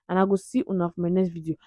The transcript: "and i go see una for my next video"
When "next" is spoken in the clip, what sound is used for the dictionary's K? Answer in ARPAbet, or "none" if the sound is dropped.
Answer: none